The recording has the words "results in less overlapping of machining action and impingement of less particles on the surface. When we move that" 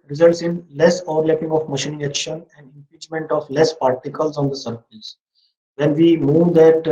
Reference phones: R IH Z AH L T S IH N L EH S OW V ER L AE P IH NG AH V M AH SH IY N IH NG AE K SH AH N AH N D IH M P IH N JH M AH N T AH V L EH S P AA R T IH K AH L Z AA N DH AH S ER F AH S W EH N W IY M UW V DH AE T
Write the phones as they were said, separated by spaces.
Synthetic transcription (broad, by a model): R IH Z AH L T S IH N L EH S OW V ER L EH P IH NG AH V M AH SH IY N IH NG AE K SH AH N AH N D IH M P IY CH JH M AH N T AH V L EH S P AA R T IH K AH L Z AA N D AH S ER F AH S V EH N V IY M UW V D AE T